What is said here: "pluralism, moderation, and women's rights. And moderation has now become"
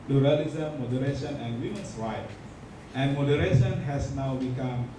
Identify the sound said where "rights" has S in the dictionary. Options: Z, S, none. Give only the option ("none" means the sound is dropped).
none